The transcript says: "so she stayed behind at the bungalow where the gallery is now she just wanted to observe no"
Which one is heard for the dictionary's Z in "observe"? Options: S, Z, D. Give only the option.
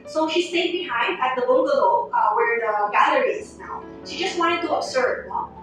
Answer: S